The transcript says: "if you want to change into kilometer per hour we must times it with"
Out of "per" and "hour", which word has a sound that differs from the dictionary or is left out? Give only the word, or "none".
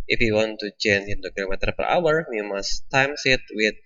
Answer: none